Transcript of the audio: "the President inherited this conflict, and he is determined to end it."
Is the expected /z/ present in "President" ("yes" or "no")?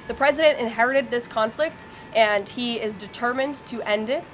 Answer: yes